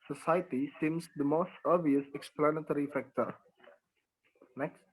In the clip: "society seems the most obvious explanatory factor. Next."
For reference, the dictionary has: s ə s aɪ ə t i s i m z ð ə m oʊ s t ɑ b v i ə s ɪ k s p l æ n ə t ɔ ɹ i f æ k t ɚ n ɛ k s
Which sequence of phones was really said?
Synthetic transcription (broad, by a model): s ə s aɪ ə t i s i m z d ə m oʊ s t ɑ v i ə s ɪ k s p l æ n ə t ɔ ɹ i f æ k t ɚ n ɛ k s